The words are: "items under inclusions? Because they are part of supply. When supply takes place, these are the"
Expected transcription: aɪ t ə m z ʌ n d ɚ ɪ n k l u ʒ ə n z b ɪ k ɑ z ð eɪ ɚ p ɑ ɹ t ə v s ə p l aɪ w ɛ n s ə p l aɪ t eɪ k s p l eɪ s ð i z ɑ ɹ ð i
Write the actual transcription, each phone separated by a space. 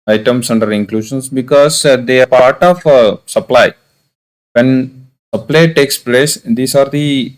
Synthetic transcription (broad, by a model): aɪ t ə m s ʌ n d ɚ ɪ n k l u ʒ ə n s b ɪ k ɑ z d eɪ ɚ p ɑ ɹ t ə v s ə p l aɪ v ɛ n s ə p l aɪ t eɪ k s p l eɪ s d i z ɑ ɹ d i